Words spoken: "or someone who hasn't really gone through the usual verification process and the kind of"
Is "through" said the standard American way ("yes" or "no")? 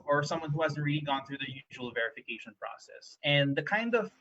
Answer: yes